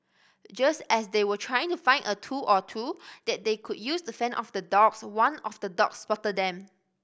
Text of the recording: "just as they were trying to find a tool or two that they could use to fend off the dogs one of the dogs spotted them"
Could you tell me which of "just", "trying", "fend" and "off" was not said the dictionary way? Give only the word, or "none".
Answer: fend